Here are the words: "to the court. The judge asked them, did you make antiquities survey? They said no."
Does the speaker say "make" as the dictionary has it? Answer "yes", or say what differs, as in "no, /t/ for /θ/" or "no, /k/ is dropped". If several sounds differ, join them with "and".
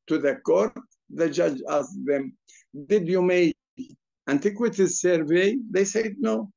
no, /k/ is dropped